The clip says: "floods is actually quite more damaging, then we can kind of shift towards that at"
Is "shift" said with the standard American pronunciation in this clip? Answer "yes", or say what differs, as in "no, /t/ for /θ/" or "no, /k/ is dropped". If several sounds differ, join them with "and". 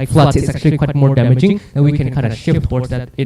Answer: yes